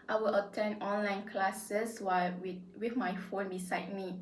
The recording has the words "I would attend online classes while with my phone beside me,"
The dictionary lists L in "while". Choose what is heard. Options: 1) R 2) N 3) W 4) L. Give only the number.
3